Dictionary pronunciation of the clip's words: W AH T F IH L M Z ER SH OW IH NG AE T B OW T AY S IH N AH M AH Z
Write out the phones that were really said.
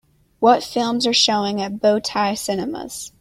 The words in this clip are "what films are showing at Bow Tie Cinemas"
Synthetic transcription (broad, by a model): W AH T F IH L M Z ER SH OW IH NG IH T B OW T AY S IH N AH M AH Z